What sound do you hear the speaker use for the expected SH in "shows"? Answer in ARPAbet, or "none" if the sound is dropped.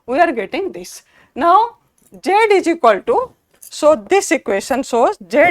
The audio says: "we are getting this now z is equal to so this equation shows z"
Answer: S